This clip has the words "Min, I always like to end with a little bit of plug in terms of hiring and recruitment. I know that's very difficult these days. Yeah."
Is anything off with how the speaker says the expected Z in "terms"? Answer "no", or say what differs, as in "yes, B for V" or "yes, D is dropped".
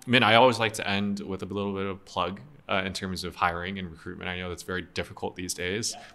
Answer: no